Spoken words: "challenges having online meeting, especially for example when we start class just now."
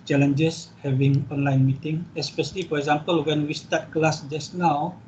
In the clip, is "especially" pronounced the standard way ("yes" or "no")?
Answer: yes